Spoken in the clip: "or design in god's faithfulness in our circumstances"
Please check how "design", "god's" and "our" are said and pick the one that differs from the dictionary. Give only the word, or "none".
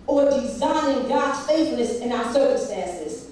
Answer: god's